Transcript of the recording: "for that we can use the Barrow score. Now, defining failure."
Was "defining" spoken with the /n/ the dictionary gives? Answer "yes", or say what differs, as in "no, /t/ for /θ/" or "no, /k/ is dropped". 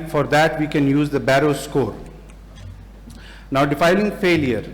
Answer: no, /l/ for /n/